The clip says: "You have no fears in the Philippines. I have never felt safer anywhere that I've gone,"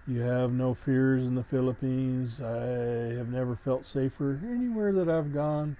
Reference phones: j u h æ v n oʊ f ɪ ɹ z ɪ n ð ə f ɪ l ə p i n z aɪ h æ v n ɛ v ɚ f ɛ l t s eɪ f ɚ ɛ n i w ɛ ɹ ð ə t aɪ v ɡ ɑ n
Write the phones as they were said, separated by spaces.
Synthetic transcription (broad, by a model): j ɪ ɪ v n oʊ f ɪ ɹ z ɪ n ð ə f ɪ l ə p i n z aɪ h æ v n ɛ v ɚ f ɛ l t s eɪ f ɚ ɛ n i w ɛ ɹ ð ə t aɪ v ɡ ɑ n